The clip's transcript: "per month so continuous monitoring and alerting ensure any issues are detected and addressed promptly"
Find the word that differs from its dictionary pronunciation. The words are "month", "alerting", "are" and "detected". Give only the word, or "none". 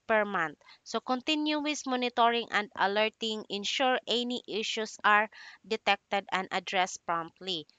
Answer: month